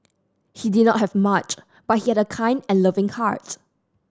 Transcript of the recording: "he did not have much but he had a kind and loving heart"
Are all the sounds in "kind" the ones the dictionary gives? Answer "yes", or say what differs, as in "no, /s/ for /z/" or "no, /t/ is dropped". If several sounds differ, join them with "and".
yes